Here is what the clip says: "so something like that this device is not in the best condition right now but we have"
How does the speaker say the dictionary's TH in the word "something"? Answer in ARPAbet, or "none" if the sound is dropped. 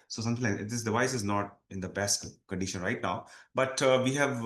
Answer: T